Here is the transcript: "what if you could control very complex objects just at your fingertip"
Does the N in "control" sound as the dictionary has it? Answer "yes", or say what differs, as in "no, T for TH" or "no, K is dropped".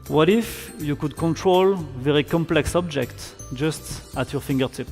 yes